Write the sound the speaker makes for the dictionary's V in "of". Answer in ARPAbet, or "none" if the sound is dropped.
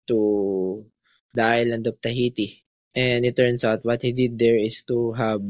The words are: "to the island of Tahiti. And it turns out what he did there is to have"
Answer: P